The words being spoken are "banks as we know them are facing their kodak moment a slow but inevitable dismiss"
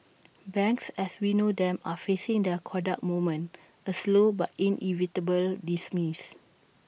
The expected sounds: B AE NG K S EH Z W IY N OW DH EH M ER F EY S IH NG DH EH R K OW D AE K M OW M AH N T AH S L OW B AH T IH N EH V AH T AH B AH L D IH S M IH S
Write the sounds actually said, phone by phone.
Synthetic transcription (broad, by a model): B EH NG K S EH S W IY N OW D EH M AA F EY S IH NG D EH K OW D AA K M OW M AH N AH S L OW B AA T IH N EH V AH T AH B AH L D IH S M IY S